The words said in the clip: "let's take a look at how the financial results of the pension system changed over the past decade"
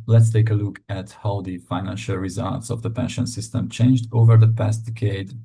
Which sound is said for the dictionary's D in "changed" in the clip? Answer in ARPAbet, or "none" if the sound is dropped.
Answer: D